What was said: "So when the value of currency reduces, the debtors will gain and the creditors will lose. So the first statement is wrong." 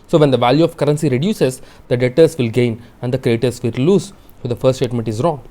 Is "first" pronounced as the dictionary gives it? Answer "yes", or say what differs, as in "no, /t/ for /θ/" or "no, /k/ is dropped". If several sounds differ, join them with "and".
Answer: no, /s/ is dropped